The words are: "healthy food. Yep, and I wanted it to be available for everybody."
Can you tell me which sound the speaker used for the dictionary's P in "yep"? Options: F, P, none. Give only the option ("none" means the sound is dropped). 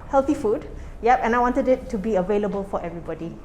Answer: P